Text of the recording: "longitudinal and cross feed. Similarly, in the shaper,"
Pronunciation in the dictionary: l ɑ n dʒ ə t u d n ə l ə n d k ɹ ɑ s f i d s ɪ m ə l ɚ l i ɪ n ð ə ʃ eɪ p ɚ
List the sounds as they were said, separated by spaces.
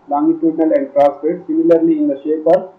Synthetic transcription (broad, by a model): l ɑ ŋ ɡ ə t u d n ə l ə n d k ɹ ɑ s p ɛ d s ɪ m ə l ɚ l i ɪ n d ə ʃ eɪ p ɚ